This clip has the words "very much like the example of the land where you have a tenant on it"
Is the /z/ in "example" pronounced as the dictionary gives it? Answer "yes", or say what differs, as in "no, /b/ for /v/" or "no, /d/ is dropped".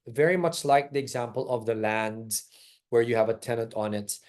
yes